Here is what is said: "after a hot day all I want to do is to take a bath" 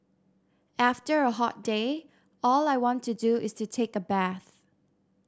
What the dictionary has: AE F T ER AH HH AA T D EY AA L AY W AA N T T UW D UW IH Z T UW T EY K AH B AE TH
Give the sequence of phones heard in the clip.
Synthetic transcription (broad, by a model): AE F T ER AH HH AA T D EY AA L AY W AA N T T UW D UW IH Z T UW T EY K AH B AE TH